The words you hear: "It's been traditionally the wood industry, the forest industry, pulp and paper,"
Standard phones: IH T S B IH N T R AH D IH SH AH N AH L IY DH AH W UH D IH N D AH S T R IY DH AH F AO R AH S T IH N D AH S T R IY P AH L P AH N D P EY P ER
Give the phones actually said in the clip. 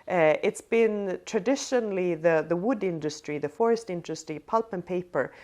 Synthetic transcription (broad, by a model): IH T S B IH N T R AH D IH SH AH N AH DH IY DH AH W UH D IH N D AH S T R IY DH AH F AO R AH S T IH N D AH S T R IY P AH L P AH N P EY P ER